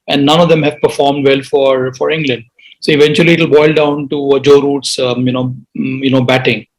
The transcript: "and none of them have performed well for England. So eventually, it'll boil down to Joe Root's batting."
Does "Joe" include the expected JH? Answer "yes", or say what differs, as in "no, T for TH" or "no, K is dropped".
yes